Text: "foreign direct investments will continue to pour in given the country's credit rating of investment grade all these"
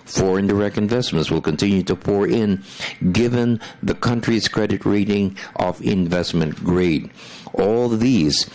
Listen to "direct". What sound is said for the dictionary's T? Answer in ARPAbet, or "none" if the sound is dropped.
T